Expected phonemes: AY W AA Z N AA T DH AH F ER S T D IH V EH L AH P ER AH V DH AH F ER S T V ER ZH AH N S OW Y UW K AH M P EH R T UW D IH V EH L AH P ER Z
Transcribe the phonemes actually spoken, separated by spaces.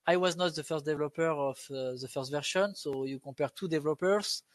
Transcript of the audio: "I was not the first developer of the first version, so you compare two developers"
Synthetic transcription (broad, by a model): AY W AA Z N AA T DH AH F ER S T D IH V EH L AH P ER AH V DH AH F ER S T V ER SH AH N S OW Y UW K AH P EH R T UW D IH V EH L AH P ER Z